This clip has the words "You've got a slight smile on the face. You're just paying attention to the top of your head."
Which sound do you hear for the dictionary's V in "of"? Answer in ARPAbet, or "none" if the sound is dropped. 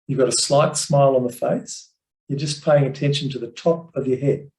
V